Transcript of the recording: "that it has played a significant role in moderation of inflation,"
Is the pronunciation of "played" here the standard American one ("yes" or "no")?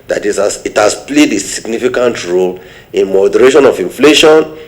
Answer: yes